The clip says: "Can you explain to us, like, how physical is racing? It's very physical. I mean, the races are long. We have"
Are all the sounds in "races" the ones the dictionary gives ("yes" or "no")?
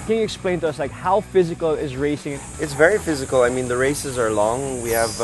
yes